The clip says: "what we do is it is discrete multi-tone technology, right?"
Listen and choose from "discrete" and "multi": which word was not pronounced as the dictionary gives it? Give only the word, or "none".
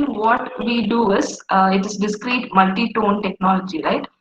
none